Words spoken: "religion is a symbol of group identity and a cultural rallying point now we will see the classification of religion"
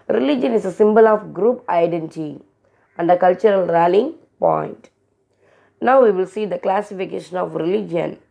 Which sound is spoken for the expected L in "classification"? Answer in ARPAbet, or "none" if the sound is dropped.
L